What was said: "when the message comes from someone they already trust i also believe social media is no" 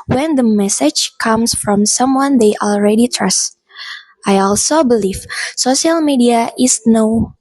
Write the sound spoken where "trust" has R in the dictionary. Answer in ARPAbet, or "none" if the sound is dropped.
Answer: R